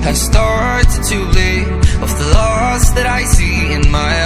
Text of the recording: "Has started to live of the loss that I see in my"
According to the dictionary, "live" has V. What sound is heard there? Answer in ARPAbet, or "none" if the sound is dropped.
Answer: none